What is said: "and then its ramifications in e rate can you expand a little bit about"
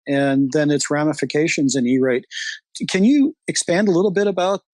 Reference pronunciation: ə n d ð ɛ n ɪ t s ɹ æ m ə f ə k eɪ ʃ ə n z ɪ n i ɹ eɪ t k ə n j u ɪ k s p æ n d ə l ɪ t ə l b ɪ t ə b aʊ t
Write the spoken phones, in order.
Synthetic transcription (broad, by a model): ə n ð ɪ n ɪ t s ɹ æ m ə f ə k eɪ ʃ ə n z ɪ n i ɹ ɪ t k ə n j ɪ ɪ k s p æ n d ə l ɪ t l b ɪ t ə b aʊ t